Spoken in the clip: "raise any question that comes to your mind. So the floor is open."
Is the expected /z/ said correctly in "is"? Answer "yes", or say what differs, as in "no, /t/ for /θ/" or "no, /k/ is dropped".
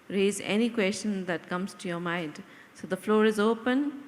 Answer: yes